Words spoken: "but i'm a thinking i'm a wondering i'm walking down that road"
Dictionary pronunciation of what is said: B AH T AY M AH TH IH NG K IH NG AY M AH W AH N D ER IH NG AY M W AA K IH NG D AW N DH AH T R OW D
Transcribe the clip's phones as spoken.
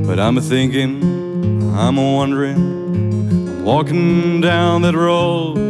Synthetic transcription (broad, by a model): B AH T AY M TH IH NG K IH NG AY M W AH N D ER IH NG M W AA K IH NG D AW N DH AH T R OW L